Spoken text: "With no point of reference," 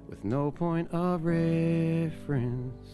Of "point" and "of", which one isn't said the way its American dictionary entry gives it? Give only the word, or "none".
none